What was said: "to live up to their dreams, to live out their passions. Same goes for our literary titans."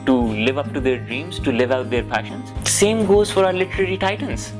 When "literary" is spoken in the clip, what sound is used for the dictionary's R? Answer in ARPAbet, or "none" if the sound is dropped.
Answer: R